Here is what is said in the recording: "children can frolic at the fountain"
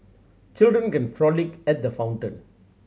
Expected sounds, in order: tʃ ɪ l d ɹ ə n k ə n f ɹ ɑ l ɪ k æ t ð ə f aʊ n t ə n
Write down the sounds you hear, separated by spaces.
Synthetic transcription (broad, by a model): tʃ ɪ l d ɹ ə n k ə n f ɹ ɑ l ɪ k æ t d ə f aʊ n t ə n